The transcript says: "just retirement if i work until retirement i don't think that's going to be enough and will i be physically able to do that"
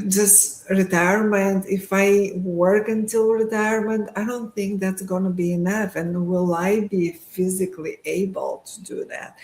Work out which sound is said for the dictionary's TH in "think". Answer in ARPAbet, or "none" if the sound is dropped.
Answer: TH